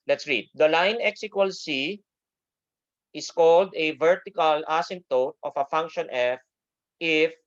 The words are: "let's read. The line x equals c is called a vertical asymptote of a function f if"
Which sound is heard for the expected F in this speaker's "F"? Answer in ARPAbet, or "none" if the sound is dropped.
F